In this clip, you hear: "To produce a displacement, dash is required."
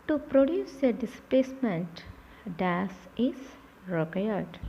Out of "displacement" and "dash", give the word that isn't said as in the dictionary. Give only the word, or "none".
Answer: dash